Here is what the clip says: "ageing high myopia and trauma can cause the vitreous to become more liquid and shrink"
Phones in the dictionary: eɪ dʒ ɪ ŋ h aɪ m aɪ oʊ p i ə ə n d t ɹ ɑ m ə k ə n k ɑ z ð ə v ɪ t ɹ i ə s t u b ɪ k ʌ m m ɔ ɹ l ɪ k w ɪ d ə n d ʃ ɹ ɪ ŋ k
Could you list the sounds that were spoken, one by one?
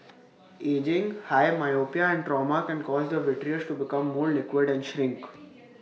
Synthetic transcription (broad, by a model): eɪ dʒ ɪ ŋ h aɪ m aɪ oʊ p i ə ə n d t ɹ ɑ m ə k ə n k ɑ z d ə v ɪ t ɹ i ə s t u b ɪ k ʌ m m ɔ ɹ l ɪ k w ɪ d ə n d ʃ ɹ ɪ ŋ k